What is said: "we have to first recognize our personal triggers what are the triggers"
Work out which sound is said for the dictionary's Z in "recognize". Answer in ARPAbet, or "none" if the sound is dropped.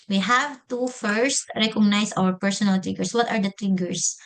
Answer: S